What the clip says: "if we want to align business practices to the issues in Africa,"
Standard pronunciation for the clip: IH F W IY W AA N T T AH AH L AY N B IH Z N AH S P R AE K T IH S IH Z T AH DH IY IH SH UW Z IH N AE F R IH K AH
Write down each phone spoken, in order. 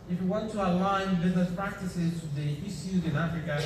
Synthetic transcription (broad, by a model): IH F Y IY W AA N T T AH AH L AY N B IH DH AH P R AE K T IH S IH Z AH DH IY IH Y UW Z IH N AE F R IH K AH